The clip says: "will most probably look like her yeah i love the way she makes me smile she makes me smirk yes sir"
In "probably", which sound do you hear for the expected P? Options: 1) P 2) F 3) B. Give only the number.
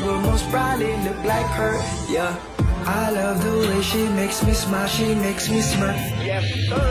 3